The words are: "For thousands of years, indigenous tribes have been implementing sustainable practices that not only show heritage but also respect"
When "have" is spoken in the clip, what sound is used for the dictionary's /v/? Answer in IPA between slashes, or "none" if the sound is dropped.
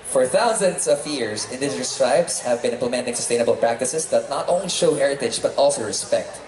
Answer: /v/